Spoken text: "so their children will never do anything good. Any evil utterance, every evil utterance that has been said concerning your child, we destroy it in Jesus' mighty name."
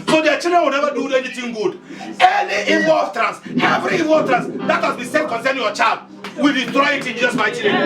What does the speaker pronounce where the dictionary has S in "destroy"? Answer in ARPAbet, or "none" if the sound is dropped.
none